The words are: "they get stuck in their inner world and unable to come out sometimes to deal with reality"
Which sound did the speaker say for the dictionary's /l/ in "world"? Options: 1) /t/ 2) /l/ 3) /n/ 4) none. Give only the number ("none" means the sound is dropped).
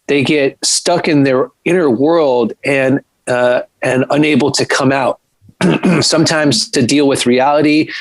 2